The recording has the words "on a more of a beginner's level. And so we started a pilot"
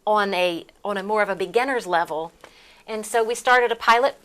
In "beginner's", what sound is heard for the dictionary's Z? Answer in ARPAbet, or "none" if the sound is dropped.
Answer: Z